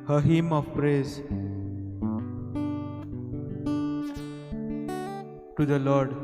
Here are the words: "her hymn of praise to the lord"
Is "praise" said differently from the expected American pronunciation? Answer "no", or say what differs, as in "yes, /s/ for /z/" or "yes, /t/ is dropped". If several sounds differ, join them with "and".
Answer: no